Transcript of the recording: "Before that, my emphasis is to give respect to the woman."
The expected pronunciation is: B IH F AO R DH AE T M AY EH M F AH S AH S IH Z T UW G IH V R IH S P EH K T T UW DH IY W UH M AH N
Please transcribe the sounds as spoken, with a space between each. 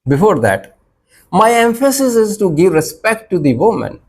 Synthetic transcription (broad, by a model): B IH F AO R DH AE T M AY EH M F AH S AH S IH Z T UW G IH V R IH S P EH K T T UW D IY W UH M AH N